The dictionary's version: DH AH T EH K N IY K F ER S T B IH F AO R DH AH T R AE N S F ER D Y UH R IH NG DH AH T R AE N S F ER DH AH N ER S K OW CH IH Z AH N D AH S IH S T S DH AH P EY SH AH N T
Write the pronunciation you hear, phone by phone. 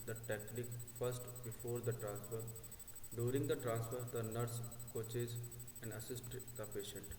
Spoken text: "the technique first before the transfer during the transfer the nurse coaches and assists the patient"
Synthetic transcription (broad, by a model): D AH T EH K L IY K F ER S T B IH F AO R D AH T R AE N S F ER D Y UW R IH NG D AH T R AE N S F ER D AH N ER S K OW CH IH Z AH N D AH S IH S T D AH P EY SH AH N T